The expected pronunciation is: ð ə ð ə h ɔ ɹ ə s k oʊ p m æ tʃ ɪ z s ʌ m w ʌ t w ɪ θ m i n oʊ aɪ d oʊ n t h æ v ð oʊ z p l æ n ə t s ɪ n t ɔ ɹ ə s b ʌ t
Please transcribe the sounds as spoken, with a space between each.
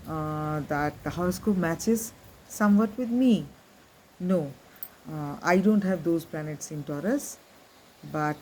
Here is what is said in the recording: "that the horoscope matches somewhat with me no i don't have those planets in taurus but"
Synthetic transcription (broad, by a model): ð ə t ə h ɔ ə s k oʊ m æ tʃ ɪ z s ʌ m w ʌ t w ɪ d m i n oʊ aɪ d oʊ n t h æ v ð oʊ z p l æ n ə t s ɪ n t ɔ ɹ ə s b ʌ t